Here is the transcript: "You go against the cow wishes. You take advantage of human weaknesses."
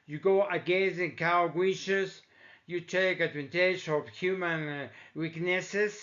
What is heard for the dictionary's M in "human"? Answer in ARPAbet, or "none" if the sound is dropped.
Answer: M